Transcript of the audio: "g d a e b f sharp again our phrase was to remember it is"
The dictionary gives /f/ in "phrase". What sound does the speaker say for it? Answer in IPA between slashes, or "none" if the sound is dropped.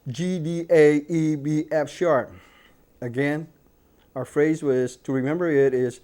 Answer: /f/